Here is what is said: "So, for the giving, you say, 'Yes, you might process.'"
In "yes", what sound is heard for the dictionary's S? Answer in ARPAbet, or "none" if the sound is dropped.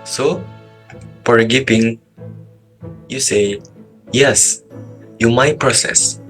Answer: S